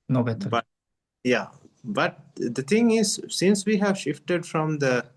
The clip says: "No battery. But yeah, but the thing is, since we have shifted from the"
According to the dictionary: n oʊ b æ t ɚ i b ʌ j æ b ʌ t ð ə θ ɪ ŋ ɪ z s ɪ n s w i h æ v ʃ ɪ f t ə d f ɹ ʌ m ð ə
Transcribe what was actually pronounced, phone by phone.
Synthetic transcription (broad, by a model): n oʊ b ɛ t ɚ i b ʌ j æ b ʌ t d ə t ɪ ŋ ɪ z s ɪ n s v i h æ v ʃ ɪ f t ə d f ɹ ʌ m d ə